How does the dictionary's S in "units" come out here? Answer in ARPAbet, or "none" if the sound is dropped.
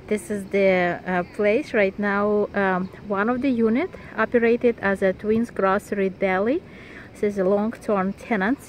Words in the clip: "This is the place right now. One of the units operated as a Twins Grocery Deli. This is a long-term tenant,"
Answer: none